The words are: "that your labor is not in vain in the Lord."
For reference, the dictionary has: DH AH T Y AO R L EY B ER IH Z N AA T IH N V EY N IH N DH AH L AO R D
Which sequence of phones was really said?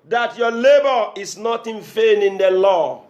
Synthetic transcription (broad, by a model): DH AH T Y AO L EY B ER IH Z N AA T IH N F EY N IH N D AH L AO